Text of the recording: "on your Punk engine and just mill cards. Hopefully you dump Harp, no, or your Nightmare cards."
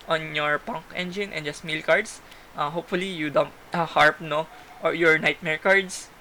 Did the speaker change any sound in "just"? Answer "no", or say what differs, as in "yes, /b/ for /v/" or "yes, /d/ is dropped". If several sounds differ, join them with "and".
no